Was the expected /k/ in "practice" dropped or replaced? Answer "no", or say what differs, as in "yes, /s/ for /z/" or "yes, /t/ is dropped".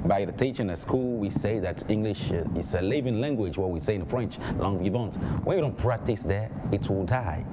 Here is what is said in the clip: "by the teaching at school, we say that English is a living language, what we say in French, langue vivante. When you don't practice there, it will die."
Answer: no